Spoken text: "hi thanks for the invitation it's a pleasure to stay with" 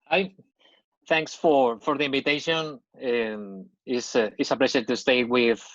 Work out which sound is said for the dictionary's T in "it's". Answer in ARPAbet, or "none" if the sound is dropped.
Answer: S